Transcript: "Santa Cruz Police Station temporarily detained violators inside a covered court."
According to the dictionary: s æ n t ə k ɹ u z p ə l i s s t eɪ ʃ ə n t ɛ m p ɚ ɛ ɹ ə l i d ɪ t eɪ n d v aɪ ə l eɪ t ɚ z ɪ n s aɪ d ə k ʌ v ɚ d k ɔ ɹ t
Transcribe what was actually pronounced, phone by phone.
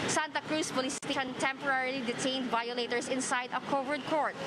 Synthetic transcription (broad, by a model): s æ n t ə k ɹ u s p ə l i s s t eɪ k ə n t ɛ m p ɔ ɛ ɹ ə l i d ɪ t eɪ n d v aɪ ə l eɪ t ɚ s ɪ n s aɪ d ə k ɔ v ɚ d k ɔ ɹ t